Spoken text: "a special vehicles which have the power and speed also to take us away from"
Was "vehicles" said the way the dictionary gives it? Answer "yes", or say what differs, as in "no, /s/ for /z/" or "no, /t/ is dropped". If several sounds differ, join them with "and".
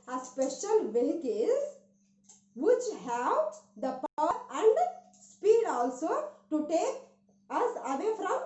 no, /l/ is dropped